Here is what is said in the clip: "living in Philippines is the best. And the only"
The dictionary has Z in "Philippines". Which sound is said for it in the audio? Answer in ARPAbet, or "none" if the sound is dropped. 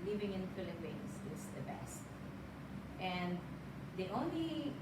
S